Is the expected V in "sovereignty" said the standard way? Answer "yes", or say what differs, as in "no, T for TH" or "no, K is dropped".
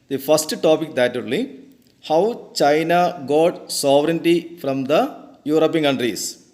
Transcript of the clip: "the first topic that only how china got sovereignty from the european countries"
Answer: yes